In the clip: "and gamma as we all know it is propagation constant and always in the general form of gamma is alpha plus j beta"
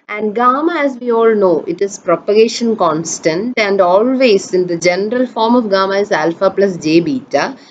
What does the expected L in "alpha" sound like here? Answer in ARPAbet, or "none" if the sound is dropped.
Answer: L